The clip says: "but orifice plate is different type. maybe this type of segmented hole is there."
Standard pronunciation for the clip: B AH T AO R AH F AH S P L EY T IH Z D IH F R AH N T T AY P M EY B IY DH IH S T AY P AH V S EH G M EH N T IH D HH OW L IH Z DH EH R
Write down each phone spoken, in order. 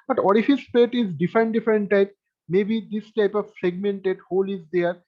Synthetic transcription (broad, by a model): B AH T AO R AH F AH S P EY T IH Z D IH F R AH N T T AY P M EY B IY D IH S T AY P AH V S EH G M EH N T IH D HH OW L IH Z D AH R